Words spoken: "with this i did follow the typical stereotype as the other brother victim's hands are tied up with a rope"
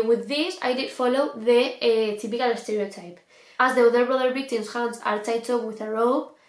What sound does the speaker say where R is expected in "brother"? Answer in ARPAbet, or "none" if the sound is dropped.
R